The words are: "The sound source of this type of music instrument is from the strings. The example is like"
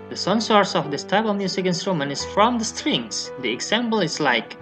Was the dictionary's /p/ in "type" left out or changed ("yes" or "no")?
yes